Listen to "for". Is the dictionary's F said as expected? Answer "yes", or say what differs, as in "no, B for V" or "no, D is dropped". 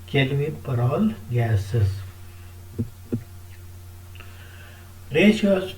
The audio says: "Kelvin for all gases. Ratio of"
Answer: no, P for F